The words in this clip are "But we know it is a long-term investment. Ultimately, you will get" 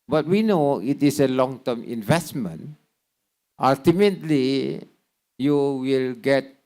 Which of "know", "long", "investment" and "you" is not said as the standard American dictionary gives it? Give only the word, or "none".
none